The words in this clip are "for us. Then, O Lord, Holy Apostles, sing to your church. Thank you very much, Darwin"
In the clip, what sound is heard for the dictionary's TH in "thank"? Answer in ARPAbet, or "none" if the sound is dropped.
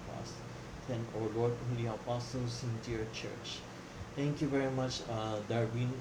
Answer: T